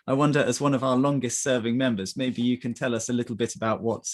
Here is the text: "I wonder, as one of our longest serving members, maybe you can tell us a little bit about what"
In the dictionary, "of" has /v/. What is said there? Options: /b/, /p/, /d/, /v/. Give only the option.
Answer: /v/